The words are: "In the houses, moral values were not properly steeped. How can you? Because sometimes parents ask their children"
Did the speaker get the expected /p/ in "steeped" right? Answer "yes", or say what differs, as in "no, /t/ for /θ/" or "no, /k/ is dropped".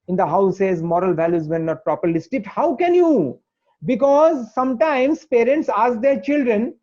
no, /p/ is dropped